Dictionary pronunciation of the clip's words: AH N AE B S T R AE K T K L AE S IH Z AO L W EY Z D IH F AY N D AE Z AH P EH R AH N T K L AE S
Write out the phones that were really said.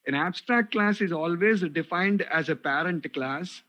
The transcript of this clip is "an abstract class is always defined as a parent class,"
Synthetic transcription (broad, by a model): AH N AE B S T R AE K T K L AE S IH Z AO L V EY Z D IH F AY N D AE Z AH P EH R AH N T K L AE S